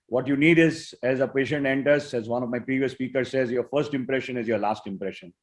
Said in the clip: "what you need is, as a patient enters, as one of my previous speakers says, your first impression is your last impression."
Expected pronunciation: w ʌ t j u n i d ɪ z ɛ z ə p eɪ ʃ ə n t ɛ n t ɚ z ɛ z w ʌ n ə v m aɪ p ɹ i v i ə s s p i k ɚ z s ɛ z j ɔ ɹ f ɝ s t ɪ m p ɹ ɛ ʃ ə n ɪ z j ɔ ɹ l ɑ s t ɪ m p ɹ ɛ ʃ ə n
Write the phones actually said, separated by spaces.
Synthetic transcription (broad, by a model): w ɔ t j u n i d ɪ z ɛ z ə p eɪ ʃ ə n t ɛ n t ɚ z ɛ z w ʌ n ə v m aɪ p ɹ i v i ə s s p i k ɚ z s ɛ z j ɔ ɹ f ɝ s t ɪ m p ɹ ɛ ʃ ə n ɪ z j ɔ ɹ l ɑ s t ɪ m p ɹ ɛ ʃ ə n